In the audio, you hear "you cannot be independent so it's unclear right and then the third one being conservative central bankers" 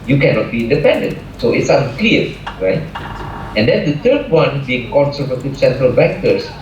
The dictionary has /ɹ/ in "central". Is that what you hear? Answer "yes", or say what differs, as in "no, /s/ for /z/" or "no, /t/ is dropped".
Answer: yes